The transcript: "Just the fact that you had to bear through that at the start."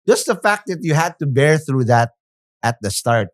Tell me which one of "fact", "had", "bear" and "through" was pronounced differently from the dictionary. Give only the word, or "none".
none